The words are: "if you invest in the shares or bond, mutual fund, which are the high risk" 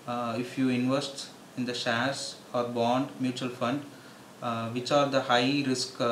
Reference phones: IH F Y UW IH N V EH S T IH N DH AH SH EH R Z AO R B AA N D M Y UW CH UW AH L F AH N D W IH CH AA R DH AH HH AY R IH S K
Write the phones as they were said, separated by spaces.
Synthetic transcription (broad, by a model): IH F Y UW IH N V EH S T IH N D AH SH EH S AO R B AA N D M Y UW CH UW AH L F AH N D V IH CH AA R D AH HH AY R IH S K